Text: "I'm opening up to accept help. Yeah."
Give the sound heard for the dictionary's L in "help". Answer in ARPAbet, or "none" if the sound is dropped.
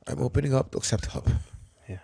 none